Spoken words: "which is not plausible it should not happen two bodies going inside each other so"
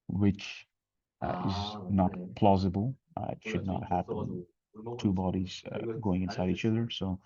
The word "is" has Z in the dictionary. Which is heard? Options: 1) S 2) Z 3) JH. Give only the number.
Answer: 2